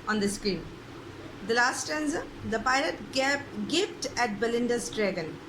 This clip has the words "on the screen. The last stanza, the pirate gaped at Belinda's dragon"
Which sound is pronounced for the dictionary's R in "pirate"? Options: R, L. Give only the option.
L